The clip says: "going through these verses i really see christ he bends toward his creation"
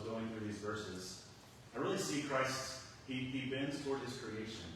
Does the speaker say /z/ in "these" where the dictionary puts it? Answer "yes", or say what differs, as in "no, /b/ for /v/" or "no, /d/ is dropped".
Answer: yes